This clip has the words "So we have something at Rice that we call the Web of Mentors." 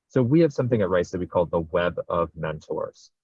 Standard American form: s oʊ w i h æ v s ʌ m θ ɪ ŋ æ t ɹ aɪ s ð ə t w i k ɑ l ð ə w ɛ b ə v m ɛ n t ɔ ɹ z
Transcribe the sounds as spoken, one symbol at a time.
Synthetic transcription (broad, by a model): s oʊ w i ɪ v s ʌ m θ ɪ ŋ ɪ t ɹ aɪ s ð ə t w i k ɑ l ð ə w ɛ b ə v m ɛ n t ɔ ɹ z